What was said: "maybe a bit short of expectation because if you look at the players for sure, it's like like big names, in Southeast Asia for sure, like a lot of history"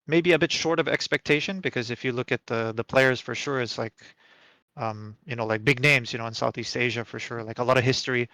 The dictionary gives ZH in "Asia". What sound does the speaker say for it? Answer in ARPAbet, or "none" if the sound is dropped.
ZH